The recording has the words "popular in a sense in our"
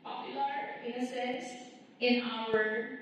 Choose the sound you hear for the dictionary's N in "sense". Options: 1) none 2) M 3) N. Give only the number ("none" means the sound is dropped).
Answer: 1